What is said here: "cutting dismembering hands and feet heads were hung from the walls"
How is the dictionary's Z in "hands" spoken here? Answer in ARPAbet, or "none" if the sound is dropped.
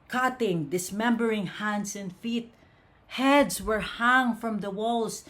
S